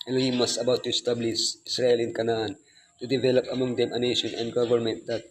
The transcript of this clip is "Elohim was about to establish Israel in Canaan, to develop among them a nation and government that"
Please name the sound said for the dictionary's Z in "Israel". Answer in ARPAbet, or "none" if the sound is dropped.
S